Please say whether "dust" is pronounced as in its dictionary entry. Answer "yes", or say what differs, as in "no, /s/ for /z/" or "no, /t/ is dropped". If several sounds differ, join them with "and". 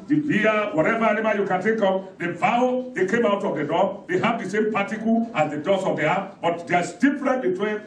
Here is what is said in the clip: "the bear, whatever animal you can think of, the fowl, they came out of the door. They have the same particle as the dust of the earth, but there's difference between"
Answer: no, /t/ is dropped